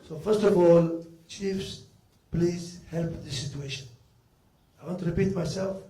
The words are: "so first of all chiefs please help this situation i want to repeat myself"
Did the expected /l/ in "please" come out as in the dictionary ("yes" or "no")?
yes